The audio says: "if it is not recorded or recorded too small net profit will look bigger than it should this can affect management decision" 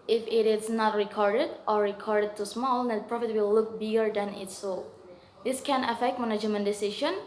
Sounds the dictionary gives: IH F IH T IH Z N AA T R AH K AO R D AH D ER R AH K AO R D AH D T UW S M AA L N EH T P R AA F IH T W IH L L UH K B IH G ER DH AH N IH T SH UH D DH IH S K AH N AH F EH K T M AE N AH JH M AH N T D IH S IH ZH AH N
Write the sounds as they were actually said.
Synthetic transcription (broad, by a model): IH F IH T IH S N AA T R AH K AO R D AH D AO R AH K AO R D AH D T UW S M AA L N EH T P R AA F IH T W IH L L UH K B IH G ER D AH N IH T S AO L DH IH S K AH N AH F EH K T M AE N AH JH M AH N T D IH S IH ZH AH N